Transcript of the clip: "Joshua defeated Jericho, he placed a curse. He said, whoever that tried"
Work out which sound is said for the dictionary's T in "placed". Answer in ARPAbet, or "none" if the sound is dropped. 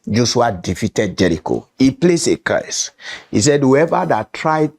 none